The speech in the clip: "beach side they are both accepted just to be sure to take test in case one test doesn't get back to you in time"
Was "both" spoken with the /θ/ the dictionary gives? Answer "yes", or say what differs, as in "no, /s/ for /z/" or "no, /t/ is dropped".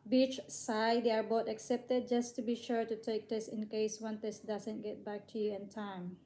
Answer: no, /t/ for /θ/